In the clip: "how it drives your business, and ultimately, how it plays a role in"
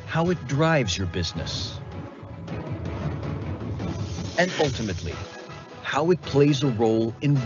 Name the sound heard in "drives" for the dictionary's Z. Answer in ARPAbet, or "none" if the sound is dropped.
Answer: Z